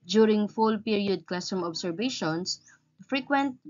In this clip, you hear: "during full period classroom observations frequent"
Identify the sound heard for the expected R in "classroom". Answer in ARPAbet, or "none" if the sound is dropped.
none